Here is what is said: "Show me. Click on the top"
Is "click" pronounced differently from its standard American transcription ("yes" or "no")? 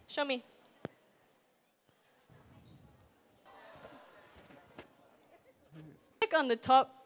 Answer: yes